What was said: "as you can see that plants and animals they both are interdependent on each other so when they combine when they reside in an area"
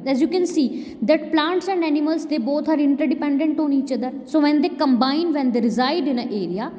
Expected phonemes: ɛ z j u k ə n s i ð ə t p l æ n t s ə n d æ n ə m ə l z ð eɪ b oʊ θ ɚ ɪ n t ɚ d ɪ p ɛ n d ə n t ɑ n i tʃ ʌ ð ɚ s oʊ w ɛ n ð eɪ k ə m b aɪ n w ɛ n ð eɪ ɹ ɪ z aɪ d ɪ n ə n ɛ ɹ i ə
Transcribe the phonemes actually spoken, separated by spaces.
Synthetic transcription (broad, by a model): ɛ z j u k ə n s i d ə t p l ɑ n t s ə n d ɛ n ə m ə l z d eɪ b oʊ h ɚ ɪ n t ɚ d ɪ p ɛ n d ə n t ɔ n i tʃ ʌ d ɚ s oʊ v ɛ n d eɪ k ə m b aɪ n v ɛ n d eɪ ɹ ɪ z aɪ d ɪ n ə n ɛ ɹ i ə